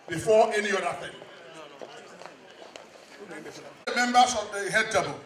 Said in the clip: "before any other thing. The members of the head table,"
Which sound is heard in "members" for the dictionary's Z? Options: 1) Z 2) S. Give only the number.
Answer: 2